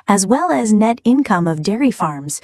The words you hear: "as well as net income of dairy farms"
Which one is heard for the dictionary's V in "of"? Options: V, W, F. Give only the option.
V